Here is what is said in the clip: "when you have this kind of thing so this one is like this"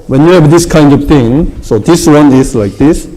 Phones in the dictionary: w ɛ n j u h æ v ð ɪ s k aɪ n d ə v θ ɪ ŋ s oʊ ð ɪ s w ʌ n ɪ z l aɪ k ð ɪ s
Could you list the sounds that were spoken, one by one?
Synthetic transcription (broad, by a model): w ɛ n j u h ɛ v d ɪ s k aɪ n d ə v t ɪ ŋ s oʊ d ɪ s w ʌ n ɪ s l aɪ k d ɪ s